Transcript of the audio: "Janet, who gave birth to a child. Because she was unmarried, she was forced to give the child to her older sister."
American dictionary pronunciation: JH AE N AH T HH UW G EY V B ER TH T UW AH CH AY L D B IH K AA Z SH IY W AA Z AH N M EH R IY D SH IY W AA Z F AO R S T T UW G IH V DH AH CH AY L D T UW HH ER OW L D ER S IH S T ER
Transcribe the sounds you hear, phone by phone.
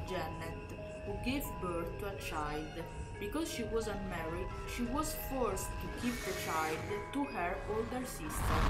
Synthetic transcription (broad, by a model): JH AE N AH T HH UW G EY V B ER T UW AH CH AY L D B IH K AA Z SH IY W AA Z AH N M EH R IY SH IY W AA Z F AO R S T T UW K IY P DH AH CH AY L D T UW HH ER OW L D ER S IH S T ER